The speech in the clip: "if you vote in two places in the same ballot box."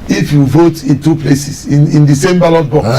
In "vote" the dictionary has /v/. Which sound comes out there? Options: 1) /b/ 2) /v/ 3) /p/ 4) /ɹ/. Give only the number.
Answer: 2